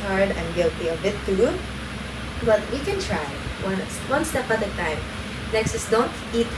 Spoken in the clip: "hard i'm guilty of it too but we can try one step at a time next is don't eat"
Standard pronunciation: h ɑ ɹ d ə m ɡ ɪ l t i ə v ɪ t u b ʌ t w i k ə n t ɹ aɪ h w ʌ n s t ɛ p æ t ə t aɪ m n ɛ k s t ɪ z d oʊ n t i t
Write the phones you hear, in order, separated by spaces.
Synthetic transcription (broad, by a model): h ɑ ɹ d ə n ɡ ɪ l t i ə b ɪ t u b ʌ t w i k ə n t ɹ aɪ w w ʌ n s t ɛ p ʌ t ə t aɪ m n ɛ k s t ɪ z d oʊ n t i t